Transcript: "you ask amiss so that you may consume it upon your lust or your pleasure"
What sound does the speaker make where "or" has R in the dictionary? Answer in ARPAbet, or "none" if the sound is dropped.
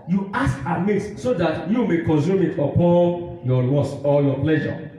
L